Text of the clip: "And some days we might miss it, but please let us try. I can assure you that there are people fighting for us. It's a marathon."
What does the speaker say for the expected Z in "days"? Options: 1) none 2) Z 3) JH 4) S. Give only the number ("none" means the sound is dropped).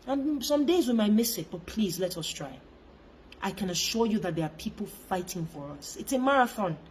2